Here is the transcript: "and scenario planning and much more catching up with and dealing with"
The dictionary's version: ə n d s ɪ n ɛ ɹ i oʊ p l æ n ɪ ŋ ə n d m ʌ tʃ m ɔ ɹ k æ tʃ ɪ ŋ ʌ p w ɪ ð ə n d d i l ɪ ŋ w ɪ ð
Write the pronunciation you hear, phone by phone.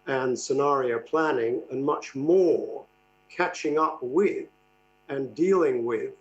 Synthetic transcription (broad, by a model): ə n s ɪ n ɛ ɹ i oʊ p l æ n ɪ ŋ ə n m ʌ tʃ m ɔ ɹ k æ tʃ ɪ ŋ ʌ p w ɪ ð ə n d d i l ɪ ŋ w ɪ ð